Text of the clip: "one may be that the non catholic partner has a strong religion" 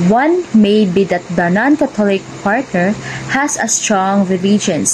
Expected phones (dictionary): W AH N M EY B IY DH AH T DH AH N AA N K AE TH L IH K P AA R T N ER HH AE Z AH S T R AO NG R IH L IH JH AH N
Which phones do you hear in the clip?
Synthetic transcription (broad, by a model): W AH N M EY B IY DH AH T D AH N AA N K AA T L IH K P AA R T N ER HH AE S AH S T R AO NG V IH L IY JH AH N